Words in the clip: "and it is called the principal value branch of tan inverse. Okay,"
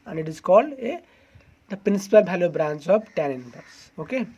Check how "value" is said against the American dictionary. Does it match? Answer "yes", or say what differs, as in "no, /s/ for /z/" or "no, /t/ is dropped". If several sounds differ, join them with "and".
no, /b/ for /v/